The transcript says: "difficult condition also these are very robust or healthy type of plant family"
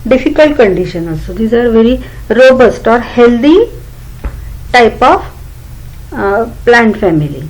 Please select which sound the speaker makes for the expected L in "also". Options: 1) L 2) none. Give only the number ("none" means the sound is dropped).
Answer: 2